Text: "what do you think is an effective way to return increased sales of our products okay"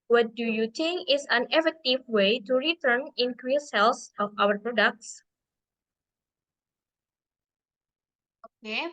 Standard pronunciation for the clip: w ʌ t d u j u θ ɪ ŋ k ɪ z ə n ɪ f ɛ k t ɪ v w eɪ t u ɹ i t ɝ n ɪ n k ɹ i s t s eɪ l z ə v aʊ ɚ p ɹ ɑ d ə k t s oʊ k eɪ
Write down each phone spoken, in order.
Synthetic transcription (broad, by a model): w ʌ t d u j u t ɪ ŋ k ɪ s ə n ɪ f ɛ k t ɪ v w eɪ t u ɹ i t ɝ n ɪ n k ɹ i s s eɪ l s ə f aʊ ɚ p ɹ ɑ d ə k t s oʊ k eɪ